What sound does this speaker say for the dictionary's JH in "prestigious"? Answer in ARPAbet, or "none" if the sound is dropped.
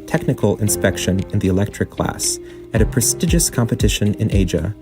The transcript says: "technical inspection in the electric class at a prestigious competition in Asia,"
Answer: JH